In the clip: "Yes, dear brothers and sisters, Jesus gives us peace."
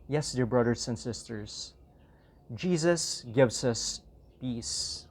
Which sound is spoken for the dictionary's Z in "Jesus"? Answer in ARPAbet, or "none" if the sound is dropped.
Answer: Z